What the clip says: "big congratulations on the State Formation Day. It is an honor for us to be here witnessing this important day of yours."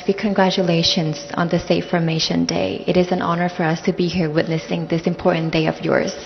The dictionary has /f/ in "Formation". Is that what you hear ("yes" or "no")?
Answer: yes